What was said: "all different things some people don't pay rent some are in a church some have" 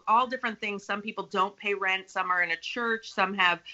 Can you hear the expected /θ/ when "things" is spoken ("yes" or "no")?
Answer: yes